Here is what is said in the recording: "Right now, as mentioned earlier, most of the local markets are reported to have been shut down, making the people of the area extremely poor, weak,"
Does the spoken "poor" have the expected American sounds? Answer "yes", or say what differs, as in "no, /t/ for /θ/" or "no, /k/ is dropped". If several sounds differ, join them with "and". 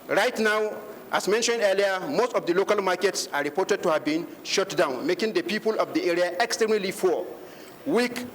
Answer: no, /f/ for /p/